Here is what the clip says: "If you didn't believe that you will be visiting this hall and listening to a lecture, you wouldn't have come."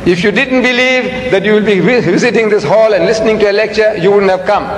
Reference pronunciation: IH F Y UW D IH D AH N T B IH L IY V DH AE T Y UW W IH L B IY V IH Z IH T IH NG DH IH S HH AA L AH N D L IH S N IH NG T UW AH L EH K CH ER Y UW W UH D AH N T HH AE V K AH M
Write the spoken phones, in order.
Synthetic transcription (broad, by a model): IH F Y UW D IH D AH N T B IH L IY V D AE T Y UW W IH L B IY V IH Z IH T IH NG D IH S HH AA L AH N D L IH S N IH NG T UW AH L EH K CH ER Y UW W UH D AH N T HH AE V K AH M